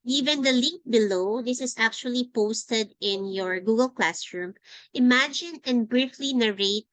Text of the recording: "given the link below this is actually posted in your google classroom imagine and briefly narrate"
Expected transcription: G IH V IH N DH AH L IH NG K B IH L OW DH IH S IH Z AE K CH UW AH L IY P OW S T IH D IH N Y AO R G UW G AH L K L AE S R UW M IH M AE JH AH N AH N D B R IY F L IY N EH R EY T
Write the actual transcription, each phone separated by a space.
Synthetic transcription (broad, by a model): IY V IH N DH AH L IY K B IH L OW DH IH S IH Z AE K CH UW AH L IY P OW S T IH D IH N Y AO R G UW G AH L K L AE S R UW M IH M AE JH AH N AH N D B R IY F L IY N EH R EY T